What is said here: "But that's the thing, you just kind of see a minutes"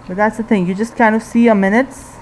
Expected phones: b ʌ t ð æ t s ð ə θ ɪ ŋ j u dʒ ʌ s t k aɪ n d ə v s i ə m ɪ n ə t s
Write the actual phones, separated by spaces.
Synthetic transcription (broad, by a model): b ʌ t ð æ t s ð ə θ ɪ ŋ j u dʒ ʌ s t k aɪ n d ə v s i ə m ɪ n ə t s